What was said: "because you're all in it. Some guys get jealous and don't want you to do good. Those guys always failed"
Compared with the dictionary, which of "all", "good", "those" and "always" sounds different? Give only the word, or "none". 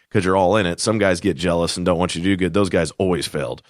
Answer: none